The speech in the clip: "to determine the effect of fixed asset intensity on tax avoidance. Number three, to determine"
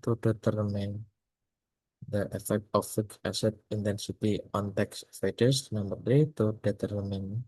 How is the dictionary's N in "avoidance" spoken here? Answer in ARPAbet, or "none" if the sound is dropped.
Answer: none